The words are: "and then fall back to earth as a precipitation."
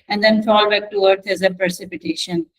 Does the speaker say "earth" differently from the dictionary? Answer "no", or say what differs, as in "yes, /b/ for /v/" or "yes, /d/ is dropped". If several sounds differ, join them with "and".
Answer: yes, /t/ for /θ/